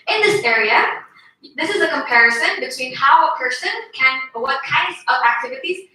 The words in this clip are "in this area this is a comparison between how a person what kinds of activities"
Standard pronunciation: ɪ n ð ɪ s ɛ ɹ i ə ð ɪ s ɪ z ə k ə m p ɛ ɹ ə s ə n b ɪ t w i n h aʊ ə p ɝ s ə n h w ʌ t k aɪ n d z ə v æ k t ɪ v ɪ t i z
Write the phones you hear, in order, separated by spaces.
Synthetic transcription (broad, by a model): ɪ n ð ɪ s ɛ ɹ i ə ð ɪ s ɪ z ə k ə m p ɛ ɹ ə s ə n b ɪ t w i n h aʊ ə p ɝ s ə n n w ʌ t k aɪ n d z ə v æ k t ɪ v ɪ t i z